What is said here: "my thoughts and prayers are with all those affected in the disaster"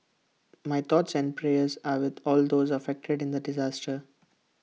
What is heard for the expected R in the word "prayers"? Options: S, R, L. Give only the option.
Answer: R